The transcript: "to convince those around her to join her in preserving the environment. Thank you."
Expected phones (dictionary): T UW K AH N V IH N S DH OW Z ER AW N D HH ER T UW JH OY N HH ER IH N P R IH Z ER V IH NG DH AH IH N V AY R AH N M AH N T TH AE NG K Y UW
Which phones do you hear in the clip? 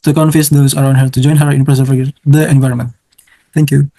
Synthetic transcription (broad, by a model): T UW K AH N F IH S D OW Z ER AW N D HH ER T UW JH OY N HH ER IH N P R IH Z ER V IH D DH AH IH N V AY R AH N M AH N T T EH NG K Y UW